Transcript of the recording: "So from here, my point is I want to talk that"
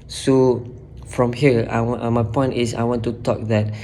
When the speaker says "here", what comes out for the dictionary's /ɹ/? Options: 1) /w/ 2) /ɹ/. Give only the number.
1